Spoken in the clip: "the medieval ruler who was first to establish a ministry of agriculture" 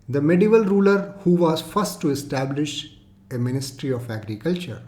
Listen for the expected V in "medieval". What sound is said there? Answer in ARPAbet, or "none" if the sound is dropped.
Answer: V